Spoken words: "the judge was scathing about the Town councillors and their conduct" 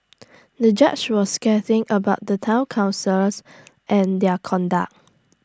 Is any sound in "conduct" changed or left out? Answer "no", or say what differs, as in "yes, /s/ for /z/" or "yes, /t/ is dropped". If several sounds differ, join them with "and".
yes, /t/ is dropped